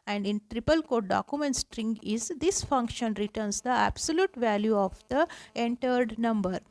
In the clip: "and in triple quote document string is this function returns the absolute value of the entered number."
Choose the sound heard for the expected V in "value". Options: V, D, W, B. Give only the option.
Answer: V